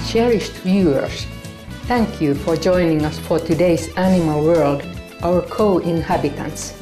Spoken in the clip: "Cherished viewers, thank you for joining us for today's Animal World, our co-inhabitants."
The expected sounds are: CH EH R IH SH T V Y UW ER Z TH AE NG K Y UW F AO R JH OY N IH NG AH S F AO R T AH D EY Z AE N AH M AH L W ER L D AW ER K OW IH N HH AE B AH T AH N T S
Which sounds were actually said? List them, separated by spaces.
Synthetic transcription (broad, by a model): CH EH R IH SH T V Y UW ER S TH AE NG K Y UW F AO R JH OY N IH NG AH S F AO R T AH D EY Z AE N AH M AH L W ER L D AW ER K OW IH N HH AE B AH T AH N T S